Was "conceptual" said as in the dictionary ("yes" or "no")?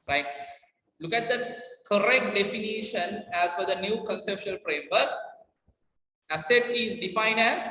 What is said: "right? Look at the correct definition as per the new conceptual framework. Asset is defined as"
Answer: no